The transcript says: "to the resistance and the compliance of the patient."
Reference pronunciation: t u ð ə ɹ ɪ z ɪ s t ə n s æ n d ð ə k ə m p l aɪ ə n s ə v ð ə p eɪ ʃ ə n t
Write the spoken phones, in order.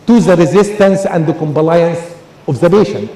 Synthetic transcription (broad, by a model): t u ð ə ɹ ɪ z ɪ s t ə n s æ n d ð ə k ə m b l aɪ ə n s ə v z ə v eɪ ʃ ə n